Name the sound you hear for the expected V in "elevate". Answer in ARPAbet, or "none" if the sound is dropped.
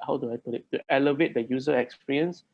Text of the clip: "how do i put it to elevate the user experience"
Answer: V